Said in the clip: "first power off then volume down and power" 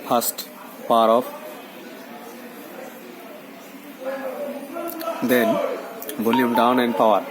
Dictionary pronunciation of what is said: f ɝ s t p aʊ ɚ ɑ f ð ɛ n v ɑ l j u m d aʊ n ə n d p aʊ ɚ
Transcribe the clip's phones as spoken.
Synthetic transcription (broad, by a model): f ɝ s t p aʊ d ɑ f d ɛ n b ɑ l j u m d aʊ n ə n d p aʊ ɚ